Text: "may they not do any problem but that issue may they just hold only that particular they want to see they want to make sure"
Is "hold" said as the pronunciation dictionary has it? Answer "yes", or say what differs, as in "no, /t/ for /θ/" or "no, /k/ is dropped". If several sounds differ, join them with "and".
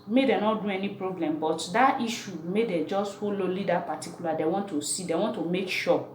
no, /d/ is dropped